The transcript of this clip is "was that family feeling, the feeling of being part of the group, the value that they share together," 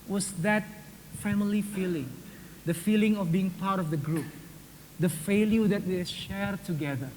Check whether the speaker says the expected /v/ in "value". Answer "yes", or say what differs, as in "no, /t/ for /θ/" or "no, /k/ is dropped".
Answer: no, /f/ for /v/